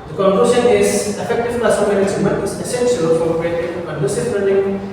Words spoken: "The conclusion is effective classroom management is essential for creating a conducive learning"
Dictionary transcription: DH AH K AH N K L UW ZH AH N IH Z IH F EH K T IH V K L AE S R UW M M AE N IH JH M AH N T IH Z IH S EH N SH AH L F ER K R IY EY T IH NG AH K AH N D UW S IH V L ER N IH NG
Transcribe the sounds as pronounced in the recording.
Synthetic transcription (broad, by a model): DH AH K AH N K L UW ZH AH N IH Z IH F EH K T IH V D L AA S AO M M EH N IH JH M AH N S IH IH S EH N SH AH L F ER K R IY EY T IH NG AH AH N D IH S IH P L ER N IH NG